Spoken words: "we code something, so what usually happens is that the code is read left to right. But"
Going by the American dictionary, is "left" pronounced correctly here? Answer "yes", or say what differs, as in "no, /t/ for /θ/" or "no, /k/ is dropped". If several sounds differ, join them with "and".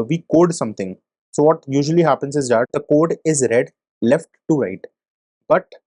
yes